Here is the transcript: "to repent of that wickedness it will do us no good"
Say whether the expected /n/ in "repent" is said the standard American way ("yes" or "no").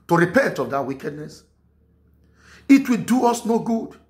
yes